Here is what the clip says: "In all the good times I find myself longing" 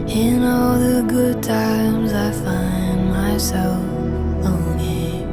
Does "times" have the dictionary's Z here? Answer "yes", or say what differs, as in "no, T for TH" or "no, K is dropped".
yes